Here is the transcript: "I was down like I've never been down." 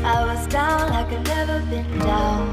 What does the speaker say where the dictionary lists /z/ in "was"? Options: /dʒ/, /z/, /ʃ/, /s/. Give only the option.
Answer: /z/